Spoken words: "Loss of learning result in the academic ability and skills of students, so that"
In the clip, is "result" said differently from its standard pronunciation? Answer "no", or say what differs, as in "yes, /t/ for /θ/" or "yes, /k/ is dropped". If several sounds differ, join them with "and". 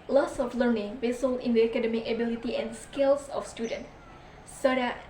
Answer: yes, /w/ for /ɹ/ and /s/ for /z/